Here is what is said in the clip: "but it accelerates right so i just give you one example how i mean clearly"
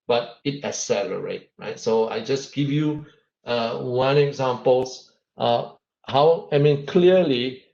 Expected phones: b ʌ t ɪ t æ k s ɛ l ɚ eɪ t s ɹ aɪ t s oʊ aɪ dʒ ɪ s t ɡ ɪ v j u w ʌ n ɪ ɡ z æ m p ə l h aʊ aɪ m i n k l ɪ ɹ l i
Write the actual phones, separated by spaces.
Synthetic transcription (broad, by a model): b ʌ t ɪ t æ s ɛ l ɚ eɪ t ɹ aɪ t s oʊ aɪ dʒ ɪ s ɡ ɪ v j u w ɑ n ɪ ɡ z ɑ m p ə l h aʊ aɪ m i n k l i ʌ l i